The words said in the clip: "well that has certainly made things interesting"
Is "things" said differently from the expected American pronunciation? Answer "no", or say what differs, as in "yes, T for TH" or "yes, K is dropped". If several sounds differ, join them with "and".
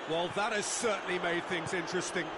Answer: no